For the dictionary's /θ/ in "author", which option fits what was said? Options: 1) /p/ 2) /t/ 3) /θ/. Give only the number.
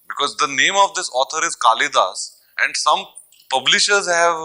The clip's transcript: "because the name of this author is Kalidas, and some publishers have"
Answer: 2